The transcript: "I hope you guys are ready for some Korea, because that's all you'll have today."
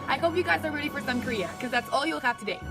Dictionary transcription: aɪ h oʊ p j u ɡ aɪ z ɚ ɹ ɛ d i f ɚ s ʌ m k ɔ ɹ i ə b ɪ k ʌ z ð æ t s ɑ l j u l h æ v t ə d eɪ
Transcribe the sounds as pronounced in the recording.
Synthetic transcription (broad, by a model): aɪ h oʊ p j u ɡ aɪ z ɚ ɹ ɛ d i f ɚ s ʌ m k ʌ ɹ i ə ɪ k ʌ z ð æ t s ɑ l j u l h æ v t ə d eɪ